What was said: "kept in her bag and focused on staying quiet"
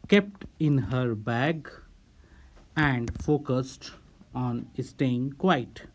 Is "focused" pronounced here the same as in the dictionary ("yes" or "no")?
yes